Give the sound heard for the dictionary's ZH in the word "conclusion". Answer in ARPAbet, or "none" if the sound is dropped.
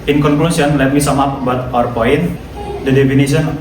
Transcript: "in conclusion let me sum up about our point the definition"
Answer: S